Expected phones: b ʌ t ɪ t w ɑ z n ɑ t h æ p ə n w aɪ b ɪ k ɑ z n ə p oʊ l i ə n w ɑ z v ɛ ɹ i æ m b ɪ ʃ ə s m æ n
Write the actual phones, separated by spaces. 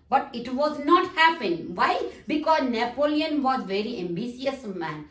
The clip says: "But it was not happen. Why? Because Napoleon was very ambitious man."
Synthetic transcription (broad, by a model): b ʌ t ɪ t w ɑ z n ɑ t h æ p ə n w aɪ b ɪ k ɑ z n ə p oʊ l i ə n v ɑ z v ɛ ɹ i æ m b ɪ s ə s m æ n